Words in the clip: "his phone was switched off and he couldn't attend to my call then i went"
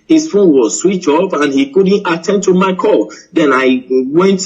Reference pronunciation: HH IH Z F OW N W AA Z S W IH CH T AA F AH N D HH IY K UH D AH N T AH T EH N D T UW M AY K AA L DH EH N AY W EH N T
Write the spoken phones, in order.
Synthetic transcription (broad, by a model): HH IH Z F OW N W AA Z S W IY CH AA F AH N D HH IY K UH D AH N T AH T EH N D T UW M AY K AA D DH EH N AY W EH N T